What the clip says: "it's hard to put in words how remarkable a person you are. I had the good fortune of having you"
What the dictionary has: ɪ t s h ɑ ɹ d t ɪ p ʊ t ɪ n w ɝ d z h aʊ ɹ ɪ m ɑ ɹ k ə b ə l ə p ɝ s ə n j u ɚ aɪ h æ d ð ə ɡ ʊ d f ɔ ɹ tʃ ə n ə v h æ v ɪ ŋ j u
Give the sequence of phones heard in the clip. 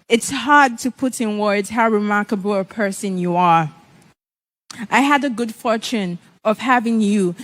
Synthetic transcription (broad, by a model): ɪ t s h ɑ ɹ d t ɪ p ʊ t ɪ n w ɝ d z h aʊ ɹ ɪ m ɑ ɹ k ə b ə l ə p ɝ s ə n j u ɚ aɪ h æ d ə ɡ ʊ d f ɔ ɹ tʃ ə n ə v h æ v ɪ ŋ j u